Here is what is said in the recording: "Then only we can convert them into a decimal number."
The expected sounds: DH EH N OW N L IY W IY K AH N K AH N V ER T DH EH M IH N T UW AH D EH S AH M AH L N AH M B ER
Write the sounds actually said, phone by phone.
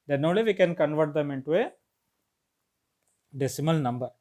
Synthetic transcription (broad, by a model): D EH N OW L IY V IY K AH N K AH N V ER T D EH M IH N T UW AH D EH S AH M AH L N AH M B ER